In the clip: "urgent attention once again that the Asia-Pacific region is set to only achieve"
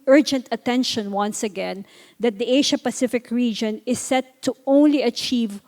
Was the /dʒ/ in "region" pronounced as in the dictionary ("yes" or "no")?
yes